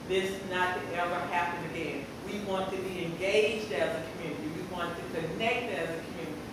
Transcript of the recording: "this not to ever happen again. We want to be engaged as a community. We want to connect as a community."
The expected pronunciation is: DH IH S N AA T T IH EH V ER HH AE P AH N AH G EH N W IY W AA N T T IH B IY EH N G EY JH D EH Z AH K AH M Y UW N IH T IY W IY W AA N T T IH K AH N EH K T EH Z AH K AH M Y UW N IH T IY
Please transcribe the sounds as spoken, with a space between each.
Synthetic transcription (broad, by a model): DH IH S N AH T T IH EH V ER HH AE P AH N AH G EH N W IY W AA N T T IH B IY EH N G EY JH D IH Z AH K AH M Y UW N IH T IY W IY W AA N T T IH K AH N EH K T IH Z AH K M Y UW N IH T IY